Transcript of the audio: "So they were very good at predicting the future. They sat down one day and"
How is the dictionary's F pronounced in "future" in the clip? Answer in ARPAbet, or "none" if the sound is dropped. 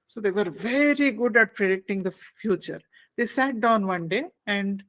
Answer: F